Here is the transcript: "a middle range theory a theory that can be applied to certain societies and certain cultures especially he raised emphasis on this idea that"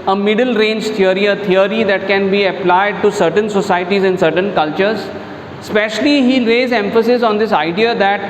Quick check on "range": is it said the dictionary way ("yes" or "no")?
yes